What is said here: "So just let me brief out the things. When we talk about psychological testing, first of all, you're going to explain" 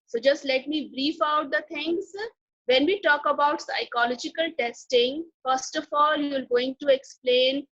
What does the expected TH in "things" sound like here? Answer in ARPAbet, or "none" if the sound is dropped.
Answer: T